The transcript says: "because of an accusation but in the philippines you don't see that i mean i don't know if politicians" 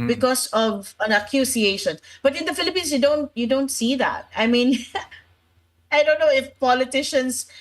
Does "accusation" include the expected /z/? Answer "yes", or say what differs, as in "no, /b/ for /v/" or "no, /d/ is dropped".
no, /s/ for /z/